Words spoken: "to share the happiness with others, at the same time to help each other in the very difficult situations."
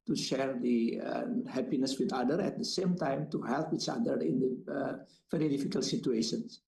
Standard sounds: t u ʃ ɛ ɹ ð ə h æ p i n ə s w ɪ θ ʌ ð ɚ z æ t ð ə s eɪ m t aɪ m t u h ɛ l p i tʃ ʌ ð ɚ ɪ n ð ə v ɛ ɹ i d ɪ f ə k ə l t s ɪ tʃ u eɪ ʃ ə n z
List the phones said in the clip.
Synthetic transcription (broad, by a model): t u ʃ ɛ ɹ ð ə h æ p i n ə s w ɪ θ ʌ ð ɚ æ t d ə s eɪ m t aɪ m t u h ɛ l p i tʃ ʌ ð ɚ ɪ n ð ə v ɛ ɹ i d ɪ f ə k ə l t s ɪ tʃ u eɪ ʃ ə n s